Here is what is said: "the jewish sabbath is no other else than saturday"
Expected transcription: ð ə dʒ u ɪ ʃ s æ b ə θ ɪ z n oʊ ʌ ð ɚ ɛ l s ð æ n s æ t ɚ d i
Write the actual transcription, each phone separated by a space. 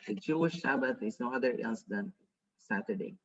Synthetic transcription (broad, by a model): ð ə dʒ u ɪ ʃ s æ b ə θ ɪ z n oʊ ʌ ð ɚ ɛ n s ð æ n s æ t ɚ d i